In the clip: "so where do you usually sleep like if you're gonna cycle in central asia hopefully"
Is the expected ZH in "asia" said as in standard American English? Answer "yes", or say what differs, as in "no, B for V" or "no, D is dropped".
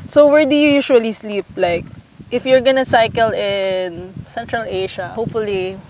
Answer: no, SH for ZH